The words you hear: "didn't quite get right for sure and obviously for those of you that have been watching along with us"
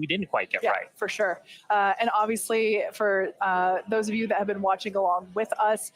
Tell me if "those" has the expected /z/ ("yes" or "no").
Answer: yes